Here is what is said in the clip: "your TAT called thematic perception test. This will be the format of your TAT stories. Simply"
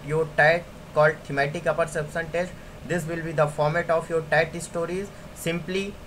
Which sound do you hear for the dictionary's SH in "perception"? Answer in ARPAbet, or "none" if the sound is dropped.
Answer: S